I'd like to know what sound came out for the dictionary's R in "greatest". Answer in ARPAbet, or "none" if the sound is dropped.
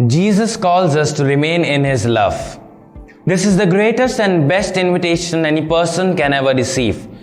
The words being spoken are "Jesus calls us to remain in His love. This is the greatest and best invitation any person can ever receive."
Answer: R